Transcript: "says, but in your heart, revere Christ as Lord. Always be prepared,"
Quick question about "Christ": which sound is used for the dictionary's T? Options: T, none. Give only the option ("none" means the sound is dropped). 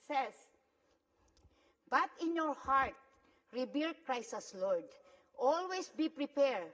none